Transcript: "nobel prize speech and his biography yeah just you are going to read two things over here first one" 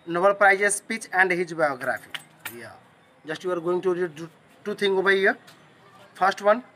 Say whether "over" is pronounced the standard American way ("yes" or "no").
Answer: no